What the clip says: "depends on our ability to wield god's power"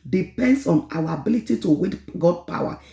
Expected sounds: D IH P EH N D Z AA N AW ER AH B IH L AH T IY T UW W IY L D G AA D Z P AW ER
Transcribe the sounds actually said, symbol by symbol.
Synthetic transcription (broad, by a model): D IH P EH N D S AA N AW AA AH B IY L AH T IY T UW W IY D G AA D P AW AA